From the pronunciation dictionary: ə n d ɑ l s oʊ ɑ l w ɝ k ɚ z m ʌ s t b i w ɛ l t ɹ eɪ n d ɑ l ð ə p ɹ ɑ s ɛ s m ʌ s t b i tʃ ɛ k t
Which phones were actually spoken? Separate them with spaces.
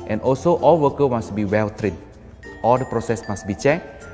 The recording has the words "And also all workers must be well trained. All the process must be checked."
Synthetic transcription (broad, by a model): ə n ɑ l s oʊ ɑ l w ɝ k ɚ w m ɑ s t b i w ɛ l t ɹ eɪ d ɑ l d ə p ɹ ɑ s ɛ s m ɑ s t b i tʃ ɛ k